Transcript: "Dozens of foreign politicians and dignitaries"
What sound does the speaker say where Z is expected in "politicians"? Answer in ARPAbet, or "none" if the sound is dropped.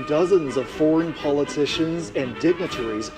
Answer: Z